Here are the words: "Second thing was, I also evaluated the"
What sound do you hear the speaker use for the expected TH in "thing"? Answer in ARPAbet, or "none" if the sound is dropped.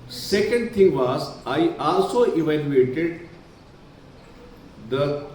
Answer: T